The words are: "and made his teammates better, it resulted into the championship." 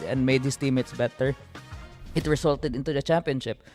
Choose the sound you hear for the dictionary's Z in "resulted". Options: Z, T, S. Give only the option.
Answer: S